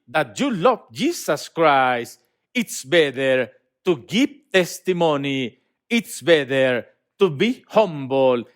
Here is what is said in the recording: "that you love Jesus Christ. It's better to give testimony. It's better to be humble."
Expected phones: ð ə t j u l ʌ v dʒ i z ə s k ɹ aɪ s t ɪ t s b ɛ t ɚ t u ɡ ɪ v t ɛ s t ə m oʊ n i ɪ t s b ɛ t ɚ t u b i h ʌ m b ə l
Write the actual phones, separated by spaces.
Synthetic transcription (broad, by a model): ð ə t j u l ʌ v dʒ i s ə s k ɹ aɪ s t ɪ t s b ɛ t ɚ t u ɡ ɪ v t ɛ s t ə m oʊ n i ɪ t s b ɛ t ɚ t u b i h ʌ m b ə l